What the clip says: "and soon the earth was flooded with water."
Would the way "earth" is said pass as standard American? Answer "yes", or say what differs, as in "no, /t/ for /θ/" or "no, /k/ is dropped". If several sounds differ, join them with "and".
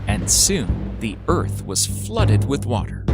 yes